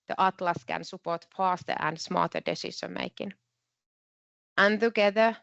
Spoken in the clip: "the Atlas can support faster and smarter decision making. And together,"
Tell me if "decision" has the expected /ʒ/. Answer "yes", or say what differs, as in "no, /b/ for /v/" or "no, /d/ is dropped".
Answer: no, /ʃ/ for /ʒ/